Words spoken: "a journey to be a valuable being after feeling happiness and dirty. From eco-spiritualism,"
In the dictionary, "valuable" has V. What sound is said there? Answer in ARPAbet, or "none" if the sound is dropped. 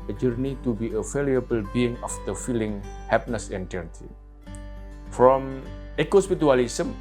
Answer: F